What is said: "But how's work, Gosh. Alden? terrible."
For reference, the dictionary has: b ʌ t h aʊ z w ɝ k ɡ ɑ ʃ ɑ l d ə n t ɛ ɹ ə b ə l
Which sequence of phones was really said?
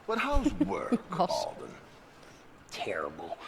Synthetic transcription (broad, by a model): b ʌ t h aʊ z w ɝ k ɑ ɑ l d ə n t ɛ ɹ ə b l